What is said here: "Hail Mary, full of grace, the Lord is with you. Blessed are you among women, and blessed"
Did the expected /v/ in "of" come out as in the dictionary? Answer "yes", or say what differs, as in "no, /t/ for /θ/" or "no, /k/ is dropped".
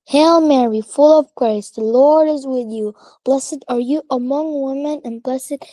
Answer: yes